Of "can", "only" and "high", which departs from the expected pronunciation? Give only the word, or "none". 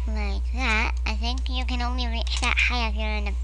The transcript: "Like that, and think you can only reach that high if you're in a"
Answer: none